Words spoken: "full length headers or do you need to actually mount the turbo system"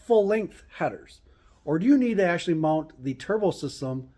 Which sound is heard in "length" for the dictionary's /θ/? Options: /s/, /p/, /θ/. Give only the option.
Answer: /θ/